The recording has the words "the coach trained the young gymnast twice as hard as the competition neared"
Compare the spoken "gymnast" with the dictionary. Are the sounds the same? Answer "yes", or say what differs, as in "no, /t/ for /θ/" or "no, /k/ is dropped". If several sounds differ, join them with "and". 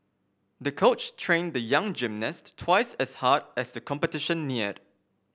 yes